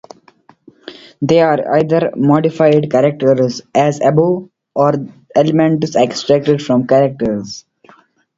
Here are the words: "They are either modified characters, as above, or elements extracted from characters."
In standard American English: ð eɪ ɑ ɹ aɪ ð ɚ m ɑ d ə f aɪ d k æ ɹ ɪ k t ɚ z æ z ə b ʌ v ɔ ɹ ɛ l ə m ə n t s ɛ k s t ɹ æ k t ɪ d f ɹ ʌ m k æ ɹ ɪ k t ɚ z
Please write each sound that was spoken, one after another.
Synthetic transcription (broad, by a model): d eɪ ɑ ɹ aɪ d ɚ m ɑ d ə f aɪ d k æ ɹ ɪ k t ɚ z æ z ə b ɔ ɔ ɹ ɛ l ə m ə n t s ɛ k s t ɹ æ k t ɪ d f ɹ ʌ m k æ ɹ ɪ k t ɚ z